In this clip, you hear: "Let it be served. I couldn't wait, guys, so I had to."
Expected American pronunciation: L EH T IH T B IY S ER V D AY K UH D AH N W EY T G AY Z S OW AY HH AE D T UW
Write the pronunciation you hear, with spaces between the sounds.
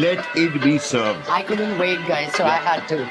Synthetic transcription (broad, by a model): L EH T IH T B IY S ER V AY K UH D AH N W EY T G AY Z S OW AY HH AE D T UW